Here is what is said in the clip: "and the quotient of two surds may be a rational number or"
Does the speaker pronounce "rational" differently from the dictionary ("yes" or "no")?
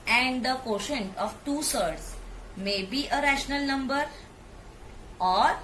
no